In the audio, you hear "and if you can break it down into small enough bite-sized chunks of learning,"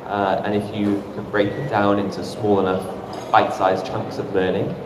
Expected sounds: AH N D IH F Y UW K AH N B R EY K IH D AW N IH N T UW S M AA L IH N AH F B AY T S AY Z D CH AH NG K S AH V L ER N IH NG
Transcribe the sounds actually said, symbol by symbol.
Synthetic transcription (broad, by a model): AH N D IH F Y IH K AH N B R EY K IH D AW N IH N T UW S M AA L IH N AH F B AY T S AY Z CH AH NG K S AH V L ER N IH NG